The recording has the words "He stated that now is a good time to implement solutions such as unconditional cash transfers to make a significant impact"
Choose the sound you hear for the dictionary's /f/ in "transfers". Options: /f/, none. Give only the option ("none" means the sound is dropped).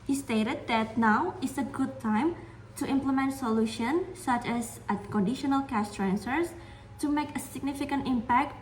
none